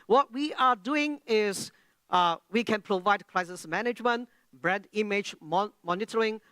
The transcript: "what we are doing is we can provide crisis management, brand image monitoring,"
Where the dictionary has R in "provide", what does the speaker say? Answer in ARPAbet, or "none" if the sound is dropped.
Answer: R